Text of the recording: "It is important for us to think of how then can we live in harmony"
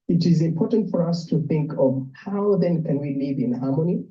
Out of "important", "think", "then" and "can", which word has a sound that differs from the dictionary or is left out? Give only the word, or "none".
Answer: none